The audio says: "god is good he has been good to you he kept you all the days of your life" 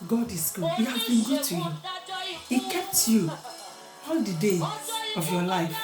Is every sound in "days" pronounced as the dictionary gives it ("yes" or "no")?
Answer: no